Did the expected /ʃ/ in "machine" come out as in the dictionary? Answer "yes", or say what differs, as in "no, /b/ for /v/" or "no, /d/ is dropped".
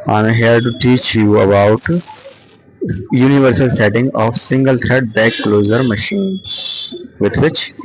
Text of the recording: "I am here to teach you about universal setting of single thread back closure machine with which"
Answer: yes